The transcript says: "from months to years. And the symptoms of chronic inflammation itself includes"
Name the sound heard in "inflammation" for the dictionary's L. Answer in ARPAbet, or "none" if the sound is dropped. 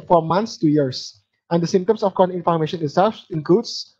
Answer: none